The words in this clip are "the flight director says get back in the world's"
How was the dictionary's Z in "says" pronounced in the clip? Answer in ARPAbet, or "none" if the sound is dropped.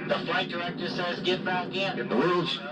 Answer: Z